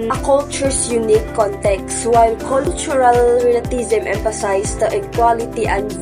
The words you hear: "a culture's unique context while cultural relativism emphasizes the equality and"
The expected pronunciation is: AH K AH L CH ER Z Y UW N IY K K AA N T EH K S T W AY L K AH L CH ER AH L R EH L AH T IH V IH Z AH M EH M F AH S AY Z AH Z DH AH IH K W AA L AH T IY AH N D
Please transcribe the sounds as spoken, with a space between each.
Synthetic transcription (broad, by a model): K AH L CH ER S Y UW N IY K K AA N T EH K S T W AY L K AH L CH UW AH L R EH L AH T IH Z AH M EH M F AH S AY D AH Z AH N K W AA L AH T IY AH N